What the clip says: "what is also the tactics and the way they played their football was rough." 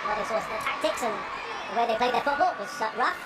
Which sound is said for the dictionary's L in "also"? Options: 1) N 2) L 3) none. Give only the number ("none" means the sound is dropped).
3